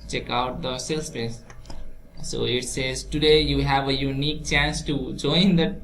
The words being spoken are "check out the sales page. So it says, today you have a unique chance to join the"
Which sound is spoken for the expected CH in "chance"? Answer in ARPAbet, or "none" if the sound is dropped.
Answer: CH